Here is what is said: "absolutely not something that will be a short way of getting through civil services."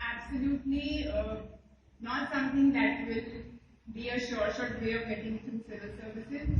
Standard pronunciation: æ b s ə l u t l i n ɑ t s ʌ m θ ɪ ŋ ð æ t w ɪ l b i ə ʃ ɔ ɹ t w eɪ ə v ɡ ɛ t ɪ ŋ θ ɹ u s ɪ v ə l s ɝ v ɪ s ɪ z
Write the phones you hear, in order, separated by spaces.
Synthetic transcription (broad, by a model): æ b s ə l u t l i n ɑ t s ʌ m t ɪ ŋ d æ t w ɪ l b i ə ʃ ɔ ɹ t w eɪ ə v ɡ ɛ t ɪ ŋ t ɹ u s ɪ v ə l s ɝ v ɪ s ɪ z